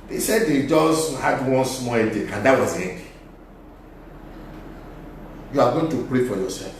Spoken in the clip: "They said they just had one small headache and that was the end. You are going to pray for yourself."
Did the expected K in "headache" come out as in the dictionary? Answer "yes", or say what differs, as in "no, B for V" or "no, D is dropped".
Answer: no, K is dropped